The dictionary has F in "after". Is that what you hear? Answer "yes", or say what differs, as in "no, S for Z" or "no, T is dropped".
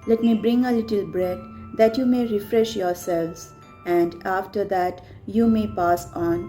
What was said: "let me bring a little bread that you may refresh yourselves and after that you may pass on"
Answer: yes